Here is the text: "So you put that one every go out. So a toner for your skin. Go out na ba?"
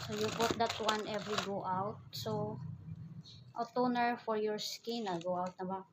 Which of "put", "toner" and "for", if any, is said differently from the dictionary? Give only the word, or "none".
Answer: put